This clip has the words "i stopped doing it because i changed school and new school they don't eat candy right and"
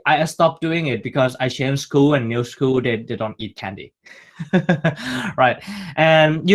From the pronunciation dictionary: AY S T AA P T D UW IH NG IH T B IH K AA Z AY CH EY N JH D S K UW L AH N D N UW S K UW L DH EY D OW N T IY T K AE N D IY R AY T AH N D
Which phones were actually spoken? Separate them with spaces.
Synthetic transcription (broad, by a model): AY S T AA P D UW IH NG IH T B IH K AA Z AY SH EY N S K UW L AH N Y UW S K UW L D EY D OW N T IY T K AE N D IY R AY T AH N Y